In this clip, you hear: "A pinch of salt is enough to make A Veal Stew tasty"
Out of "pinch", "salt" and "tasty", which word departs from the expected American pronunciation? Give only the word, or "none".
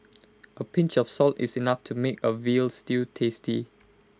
none